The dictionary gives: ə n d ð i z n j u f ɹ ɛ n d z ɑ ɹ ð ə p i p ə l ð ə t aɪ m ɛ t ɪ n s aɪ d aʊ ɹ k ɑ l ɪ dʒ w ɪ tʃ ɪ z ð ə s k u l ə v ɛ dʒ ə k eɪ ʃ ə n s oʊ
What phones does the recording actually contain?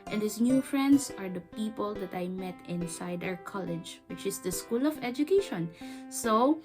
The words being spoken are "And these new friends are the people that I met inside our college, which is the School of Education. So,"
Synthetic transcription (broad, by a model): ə n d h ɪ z n j u f ɹ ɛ n d s ɑ ɹ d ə p i p ə l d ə t aɪ m ɛ t ɪ n s aɪ d aʊ ɹ k ɑ l ɪ dʒ w ɪ tʃ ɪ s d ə s k u l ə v ɛ dʒ ə k eɪ ʃ ə n s oʊ